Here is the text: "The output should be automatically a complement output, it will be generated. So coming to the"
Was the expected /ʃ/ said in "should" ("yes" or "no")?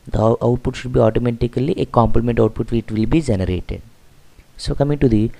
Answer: yes